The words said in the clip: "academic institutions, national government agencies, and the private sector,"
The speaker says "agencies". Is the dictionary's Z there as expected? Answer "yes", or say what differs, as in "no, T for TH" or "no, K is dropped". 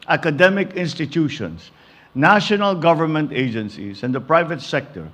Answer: no, S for Z